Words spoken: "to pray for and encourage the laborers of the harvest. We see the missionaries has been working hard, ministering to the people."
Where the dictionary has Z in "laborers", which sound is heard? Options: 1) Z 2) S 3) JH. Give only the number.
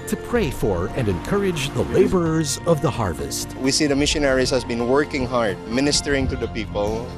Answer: 1